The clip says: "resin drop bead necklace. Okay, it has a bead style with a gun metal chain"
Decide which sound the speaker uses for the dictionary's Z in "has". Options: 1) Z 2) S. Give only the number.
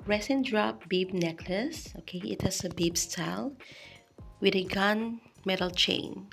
2